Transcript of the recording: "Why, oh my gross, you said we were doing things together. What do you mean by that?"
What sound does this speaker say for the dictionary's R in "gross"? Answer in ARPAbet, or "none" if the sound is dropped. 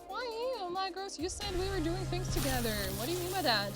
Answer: none